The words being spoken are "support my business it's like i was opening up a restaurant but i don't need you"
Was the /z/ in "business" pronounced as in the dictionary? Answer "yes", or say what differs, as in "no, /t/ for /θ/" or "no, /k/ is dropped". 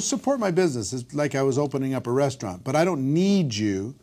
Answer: yes